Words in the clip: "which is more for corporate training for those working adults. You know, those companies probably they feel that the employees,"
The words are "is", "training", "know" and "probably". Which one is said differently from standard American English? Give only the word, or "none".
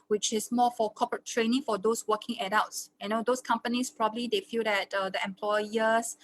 is